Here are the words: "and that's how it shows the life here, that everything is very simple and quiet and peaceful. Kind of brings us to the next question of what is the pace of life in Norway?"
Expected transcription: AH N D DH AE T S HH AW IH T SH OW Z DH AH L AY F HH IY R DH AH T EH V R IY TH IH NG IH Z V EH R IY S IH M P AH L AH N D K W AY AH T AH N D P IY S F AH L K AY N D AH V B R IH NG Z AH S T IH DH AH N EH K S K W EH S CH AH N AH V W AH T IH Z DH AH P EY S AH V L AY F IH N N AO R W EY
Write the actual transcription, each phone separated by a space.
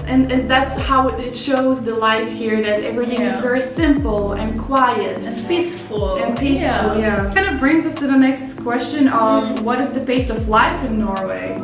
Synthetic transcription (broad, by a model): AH N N DH AE T S HH AW IH T SH OW Z DH AH L AY F HH IY R DH AH T EH V R IY TH IH NG IH Z V EH R IY S IH M P L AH N K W AY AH T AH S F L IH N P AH L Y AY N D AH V B R IH NG Z AH S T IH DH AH N EH K S K W EH S CH AH N AH V W AH T IH Z DH AH B EY S AH V L AY F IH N N AO R W EY